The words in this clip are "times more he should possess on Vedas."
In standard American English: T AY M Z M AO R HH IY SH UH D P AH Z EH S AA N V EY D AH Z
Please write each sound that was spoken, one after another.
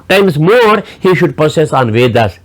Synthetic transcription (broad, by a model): T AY M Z M AO R HH IY SH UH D P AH S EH S AA N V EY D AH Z